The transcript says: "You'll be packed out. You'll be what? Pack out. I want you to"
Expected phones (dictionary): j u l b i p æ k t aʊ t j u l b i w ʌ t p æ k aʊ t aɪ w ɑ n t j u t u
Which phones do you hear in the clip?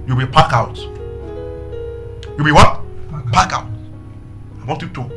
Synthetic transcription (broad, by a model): j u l b i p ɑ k aʊ t j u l b i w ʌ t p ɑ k aʊ t aɪ w ɑ n t j u t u